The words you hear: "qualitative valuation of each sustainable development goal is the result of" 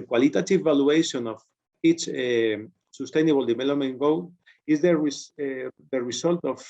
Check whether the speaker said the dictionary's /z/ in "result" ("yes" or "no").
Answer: no